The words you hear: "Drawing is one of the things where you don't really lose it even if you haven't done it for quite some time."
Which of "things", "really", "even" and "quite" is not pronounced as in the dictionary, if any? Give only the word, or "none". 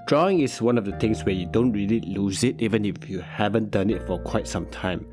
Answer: things